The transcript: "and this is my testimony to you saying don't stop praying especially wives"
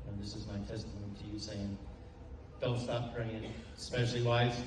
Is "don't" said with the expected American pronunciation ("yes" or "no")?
no